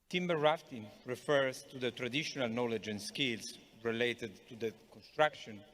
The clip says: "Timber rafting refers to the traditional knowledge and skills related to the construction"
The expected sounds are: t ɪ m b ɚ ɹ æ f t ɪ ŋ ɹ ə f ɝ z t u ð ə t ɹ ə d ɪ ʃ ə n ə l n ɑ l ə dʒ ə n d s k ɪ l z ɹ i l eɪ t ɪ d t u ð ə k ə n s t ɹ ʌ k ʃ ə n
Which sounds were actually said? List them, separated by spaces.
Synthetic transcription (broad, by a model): t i m b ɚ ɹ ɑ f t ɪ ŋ ɹ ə f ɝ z t u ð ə t ɹ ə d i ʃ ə n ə l n ɑ l ə dʒ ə n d s k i l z ɹ i l eɪ t ɪ d t u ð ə k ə n s t ɹ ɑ k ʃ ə n